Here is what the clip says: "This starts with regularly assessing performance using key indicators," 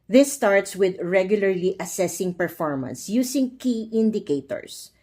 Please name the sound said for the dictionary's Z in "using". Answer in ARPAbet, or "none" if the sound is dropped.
S